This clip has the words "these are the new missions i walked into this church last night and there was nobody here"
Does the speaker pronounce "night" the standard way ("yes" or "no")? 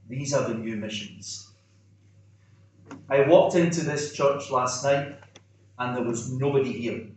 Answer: yes